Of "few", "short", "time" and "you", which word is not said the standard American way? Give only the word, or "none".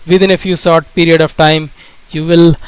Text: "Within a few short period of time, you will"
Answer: short